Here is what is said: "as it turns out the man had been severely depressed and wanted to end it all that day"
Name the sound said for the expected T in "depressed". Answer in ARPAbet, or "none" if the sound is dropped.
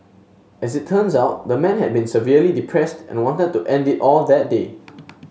T